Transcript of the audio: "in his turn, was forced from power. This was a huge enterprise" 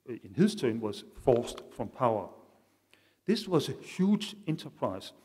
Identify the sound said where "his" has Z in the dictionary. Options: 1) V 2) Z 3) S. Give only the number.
3